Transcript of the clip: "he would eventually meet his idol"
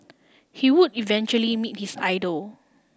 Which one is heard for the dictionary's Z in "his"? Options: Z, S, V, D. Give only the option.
S